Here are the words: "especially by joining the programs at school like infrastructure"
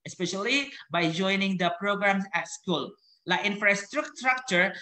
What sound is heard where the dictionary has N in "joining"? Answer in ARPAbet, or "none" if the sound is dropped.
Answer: N